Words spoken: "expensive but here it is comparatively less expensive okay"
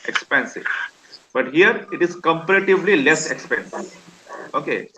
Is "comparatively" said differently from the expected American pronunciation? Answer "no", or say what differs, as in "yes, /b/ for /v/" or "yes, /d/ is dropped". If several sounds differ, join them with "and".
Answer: no